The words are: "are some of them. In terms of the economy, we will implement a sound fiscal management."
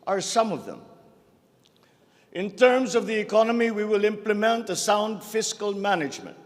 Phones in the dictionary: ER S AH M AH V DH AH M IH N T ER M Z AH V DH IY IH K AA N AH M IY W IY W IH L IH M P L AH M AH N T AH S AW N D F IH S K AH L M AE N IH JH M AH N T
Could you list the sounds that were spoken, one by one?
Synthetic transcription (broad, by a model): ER S AH M AH V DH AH M IH N T ER M Z AH V DH IY IH K AA N AH M IY W IY W IH L IH M P L AH M AH N T AH S AW N D F IH S K AH L M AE N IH JH M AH N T